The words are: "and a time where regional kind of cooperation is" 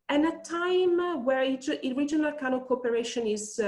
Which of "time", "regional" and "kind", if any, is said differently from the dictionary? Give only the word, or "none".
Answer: kind